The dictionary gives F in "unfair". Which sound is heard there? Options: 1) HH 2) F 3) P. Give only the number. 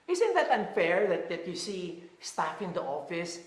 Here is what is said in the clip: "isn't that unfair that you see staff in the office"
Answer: 2